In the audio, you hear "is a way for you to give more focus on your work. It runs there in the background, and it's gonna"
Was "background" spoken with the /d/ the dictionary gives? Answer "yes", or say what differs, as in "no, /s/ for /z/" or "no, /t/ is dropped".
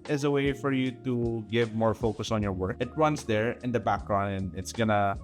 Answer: no, /d/ is dropped